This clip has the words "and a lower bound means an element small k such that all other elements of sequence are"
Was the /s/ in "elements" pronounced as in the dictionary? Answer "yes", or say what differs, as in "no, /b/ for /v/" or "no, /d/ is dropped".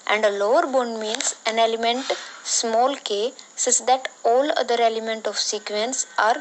no, /s/ is dropped